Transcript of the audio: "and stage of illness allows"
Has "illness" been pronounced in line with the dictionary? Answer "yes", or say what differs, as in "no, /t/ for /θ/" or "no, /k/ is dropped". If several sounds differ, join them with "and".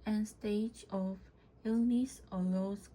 yes